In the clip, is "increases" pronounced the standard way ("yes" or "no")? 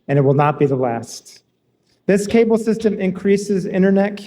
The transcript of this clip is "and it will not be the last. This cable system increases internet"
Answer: yes